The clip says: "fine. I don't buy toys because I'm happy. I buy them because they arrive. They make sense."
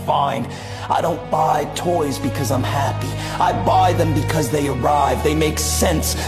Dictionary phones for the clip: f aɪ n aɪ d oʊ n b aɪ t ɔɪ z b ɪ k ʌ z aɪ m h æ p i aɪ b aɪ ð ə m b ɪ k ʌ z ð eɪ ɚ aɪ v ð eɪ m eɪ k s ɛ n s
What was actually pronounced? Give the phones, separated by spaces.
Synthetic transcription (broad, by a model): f aɪ n aɪ d oʊ n b aɪ t ɔɪ z b ɪ k ʌ z aɪ m h æ p i aɪ b aɪ ð ə m b ɪ k ʌ z ð eɪ ɚ aɪ v ð eɪ m eɪ k s ɛ n s